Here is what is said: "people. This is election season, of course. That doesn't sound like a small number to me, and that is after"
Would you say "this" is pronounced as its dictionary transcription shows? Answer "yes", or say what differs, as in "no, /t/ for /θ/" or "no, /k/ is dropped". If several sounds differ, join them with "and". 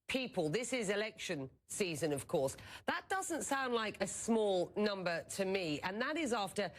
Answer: yes